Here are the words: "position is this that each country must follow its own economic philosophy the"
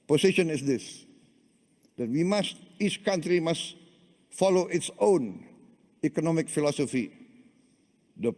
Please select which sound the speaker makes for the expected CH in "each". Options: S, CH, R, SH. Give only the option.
CH